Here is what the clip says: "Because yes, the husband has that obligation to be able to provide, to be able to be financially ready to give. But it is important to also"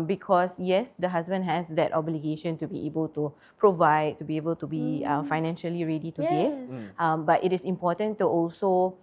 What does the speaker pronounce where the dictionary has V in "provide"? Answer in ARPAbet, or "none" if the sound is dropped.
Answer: V